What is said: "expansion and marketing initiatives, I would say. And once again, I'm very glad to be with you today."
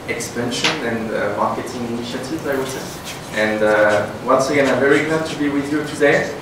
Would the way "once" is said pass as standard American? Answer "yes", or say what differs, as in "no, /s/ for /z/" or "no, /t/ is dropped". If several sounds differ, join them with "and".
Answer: yes